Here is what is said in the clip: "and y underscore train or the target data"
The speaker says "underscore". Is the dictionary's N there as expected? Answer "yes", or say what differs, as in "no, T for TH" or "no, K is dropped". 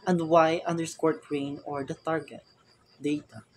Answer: yes